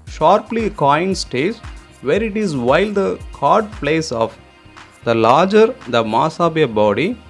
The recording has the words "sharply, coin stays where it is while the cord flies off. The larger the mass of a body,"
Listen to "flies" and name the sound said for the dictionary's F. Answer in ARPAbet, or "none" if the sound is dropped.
P